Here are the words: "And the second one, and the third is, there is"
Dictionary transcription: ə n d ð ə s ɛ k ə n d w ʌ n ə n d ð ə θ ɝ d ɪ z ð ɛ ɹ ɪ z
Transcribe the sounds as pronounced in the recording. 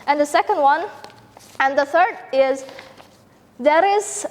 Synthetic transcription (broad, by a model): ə n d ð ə s ɛ k ə n d w ʌ n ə n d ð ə θ ɝ d ɪ z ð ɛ ɹ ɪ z